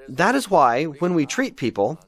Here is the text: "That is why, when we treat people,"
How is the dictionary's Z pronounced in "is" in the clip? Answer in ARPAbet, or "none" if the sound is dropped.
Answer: Z